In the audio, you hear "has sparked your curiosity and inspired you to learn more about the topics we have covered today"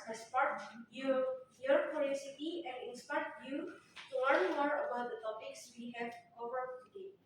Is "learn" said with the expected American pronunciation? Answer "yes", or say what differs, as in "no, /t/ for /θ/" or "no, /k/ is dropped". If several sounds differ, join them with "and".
no, /w/ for /l/